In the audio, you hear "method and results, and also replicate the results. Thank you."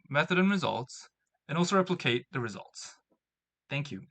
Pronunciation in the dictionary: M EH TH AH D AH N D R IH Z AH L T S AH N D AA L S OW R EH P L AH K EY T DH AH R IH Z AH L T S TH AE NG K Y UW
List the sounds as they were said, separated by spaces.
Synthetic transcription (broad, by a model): M EH TH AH D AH N R IH Z AH L T S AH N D AA L S OW R EH P L AH K EY T DH AH R IH Z AH L T S TH AE NG K Y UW